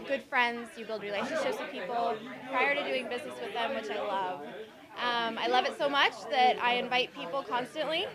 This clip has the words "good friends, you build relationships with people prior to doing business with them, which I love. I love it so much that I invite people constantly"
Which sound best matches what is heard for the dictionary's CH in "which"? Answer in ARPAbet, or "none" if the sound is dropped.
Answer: CH